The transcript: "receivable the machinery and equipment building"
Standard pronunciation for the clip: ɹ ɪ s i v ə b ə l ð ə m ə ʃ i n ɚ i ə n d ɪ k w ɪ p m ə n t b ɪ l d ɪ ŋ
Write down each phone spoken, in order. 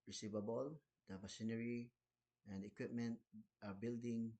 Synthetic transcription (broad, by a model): ɹ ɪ s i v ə b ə l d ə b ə s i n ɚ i ə n d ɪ k w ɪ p m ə n t b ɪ l d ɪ ŋ